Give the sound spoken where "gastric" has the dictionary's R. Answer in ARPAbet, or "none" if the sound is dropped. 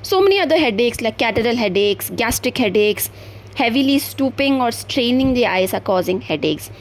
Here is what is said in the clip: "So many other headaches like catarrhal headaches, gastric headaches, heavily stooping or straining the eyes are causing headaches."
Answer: R